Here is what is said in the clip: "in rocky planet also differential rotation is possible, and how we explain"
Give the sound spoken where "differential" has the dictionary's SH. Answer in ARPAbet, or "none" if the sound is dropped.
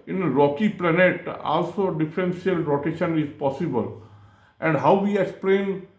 S